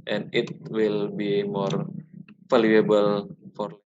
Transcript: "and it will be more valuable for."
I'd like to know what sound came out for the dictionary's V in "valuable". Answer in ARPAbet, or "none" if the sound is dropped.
F